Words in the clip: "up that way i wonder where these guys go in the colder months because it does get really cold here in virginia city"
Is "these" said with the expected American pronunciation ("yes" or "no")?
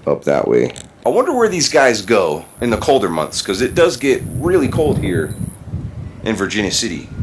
yes